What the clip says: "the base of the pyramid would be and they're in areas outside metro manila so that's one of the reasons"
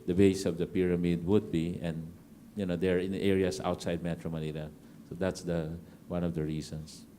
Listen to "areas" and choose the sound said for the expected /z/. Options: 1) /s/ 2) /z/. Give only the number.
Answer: 1